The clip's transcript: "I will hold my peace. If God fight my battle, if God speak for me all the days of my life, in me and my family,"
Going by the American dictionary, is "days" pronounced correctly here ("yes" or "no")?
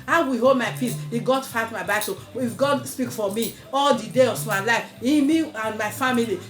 no